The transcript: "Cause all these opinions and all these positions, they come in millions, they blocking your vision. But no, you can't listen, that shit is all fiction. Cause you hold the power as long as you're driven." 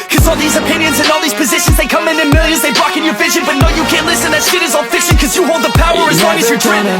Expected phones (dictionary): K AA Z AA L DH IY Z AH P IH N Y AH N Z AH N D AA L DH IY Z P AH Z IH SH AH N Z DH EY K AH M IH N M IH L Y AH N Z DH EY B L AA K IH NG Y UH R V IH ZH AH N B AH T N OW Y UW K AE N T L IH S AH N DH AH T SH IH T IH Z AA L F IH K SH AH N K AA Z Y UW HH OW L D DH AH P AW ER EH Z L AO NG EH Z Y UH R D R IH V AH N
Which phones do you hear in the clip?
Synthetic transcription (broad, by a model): K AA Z AA L DH IY Z AH P IH N Y AH N Z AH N AA L DH IY Z P AH Z IH SH AH N Z DH EY K AH M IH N M IH L Y AH N Z DH EY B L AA K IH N Y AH R V IH ZH AH N B AH T N OW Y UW K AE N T L IH S AH N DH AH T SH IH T IH Z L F IH K S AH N K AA Z Y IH HH OW L D DH AH P AW ER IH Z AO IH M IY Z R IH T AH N